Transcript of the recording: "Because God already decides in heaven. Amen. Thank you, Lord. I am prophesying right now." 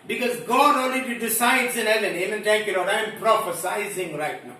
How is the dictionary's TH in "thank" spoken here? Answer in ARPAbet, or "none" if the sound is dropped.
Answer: T